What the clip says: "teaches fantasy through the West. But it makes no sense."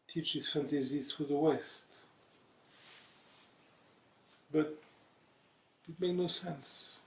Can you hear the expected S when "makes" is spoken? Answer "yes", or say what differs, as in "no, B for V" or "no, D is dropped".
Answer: no, S is dropped